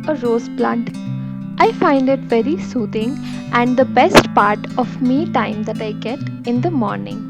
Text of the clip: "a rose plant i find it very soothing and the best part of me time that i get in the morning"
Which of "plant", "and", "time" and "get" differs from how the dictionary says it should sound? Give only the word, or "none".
plant